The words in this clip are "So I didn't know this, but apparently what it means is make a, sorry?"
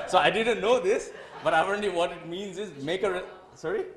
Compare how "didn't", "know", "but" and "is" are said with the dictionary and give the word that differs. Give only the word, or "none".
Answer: none